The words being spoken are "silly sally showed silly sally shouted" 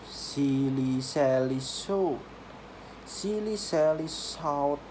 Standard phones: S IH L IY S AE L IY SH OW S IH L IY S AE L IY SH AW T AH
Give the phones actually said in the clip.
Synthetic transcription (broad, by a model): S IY L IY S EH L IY S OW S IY L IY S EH L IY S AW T